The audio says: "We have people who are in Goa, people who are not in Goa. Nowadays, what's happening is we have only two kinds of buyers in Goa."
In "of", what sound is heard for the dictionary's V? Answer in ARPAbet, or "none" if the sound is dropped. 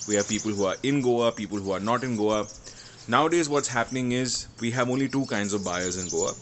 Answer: V